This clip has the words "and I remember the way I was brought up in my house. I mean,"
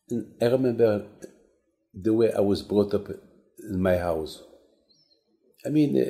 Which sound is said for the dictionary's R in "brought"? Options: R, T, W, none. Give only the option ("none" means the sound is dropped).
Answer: R